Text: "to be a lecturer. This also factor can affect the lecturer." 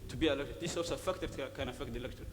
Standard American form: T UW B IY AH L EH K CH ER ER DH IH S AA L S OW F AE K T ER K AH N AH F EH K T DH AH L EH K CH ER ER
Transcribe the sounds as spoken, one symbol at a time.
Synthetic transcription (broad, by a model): T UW B IY AH L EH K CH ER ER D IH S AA S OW F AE K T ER K AH N AH F EH K T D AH L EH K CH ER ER